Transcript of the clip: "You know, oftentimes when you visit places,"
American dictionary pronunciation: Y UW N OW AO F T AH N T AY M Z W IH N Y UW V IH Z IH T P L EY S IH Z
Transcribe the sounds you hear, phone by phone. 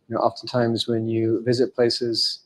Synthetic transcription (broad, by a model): Y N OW AO F T AH N T AY M Z W IH N Y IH V IH Z IH T P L EY S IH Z